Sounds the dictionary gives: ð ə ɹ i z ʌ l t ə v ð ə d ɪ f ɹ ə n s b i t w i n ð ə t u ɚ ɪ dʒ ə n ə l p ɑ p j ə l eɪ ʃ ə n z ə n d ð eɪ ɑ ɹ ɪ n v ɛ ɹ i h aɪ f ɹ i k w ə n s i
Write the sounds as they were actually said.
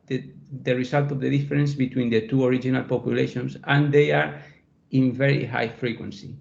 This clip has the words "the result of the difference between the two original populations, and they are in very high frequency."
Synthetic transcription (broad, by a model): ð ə ɹ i s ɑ l t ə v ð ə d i f ɹ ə n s b i t w i n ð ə t u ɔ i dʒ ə n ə l p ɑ p j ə l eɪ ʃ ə n s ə n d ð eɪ ɑ ɹ ɪ n v ɛ ɹ i h aɪ f ɹ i k w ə n s i